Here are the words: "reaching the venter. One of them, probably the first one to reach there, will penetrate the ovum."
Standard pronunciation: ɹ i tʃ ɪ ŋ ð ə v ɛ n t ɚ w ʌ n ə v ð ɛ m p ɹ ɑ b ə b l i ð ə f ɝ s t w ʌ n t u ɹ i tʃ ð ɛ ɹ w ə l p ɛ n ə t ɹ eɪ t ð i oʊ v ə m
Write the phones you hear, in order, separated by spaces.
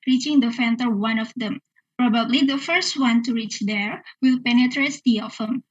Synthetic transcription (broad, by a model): ɹ i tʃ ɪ ŋ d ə f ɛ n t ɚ w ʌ n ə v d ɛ m p ɹ ɑ b ə b l i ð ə f ɝ s t w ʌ n t u ɹ i tʃ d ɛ ɹ w ə l p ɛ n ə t ɹ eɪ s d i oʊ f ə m